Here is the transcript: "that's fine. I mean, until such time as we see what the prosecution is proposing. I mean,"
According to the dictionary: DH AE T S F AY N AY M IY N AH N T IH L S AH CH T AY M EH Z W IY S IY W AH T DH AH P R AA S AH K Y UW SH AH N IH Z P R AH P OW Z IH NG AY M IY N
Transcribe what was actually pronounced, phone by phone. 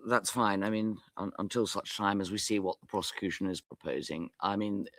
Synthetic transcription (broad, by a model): DH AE T S F AY N AY M IY N AH N T IH L S AH CH T AY M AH Z W IY S IY W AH T DH AH P R AA S AH K Y UW SH AH N IH Z P R AH P OW Z IH NG AY M IY N